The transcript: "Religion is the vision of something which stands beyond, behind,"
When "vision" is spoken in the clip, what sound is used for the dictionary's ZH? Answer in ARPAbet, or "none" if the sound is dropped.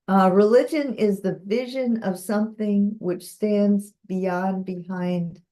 ZH